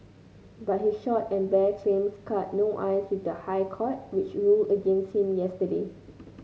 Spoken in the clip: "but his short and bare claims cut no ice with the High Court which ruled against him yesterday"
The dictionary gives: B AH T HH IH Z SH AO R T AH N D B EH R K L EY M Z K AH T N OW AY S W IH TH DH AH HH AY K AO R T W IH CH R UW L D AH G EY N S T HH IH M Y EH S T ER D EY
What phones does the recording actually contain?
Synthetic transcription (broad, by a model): B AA T HH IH SH AO T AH N B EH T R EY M S K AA T N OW AY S W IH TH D AH HH AY K AO T W IH CH R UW L AH G EY N S T HH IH M Y EH S T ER D EY